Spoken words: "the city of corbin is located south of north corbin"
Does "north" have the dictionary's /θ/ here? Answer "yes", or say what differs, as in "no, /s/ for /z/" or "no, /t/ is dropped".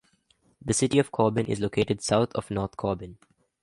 no, /t/ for /θ/